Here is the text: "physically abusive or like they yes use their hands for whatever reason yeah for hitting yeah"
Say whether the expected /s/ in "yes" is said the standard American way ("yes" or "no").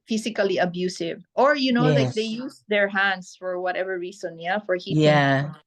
no